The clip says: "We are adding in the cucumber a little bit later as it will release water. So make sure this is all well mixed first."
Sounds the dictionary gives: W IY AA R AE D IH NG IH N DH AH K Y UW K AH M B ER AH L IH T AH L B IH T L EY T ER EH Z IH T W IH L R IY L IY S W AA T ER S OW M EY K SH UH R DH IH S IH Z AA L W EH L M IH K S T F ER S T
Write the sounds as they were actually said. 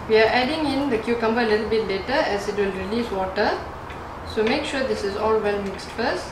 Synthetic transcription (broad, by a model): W IY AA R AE D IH NG IH N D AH K Y UW K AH M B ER AH L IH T L B IH T L EY T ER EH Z IH T W IH L R IY L IY S W AA T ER S OW M EY K SH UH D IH S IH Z AA L W EH L M IH K S T F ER S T